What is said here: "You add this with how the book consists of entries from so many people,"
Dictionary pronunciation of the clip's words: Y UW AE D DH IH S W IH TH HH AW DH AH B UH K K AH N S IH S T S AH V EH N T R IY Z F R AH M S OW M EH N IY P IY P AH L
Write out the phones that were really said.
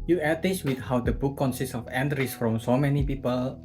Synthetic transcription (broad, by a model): Y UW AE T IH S W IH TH HH AW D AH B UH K K AH N S IH S T S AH F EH N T R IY S F R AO M S OW M EH N IY P IY P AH L